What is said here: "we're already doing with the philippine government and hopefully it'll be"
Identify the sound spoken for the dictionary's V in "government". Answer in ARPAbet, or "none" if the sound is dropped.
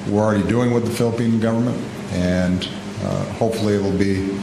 V